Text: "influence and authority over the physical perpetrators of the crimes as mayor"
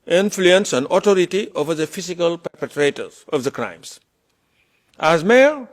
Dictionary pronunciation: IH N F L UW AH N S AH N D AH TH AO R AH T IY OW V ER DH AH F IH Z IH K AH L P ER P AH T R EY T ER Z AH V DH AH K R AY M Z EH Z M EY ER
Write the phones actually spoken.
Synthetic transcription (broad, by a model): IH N F L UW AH N S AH N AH T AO R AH T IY OW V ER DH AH F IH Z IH K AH L P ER P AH T R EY T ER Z AH V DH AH K R AY M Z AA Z M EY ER